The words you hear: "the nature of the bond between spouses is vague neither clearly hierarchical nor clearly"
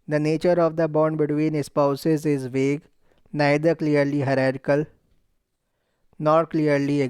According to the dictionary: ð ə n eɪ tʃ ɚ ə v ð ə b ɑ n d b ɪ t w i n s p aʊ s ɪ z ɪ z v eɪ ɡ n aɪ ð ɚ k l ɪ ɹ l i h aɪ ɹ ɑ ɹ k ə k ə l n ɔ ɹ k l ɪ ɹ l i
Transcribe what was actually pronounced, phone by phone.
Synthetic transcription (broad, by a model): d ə n eɪ tʃ ɚ ə v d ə b ɑ n d b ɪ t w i n s p aʊ s ɪ z ɪ z v eɪ ɡ n aɪ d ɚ k l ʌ ɹ l i h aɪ ɹ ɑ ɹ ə k ə l n ɔ ɹ k l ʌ ɹ l i